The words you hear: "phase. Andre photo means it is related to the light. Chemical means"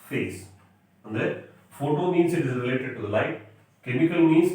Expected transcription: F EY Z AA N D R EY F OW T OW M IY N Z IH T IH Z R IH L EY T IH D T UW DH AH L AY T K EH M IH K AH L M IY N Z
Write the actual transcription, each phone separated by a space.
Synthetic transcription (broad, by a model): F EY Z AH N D EY F OW T OW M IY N S IH T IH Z R IH L EY T IH D T UW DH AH L AY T K EH M IH K AH L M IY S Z